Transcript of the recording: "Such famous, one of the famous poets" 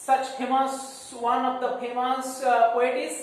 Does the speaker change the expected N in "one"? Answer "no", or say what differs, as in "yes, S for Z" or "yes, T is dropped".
no